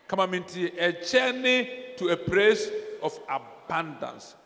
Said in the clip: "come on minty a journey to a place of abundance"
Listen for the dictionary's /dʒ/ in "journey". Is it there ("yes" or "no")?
no